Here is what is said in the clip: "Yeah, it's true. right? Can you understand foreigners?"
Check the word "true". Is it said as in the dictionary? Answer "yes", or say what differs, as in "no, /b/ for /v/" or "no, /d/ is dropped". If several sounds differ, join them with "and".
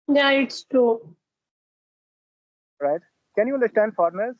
no, /ɹ/ is dropped